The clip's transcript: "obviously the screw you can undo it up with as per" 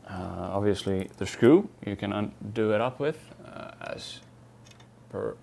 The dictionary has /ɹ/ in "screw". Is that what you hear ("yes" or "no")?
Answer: no